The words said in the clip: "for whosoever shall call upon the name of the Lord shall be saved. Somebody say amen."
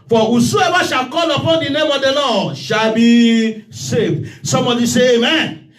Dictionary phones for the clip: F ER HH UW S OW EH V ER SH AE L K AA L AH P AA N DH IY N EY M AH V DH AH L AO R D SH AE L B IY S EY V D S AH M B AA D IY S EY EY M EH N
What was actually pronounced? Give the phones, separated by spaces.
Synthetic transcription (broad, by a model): F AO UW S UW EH B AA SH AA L K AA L AH P AA N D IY N EY M AH V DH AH L AO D SH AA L B IY S EY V S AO M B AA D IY S EY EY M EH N